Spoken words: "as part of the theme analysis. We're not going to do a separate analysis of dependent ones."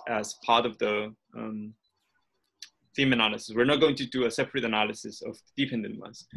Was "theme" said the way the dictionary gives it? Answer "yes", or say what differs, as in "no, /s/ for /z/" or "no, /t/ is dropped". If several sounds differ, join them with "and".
no, /f/ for /θ/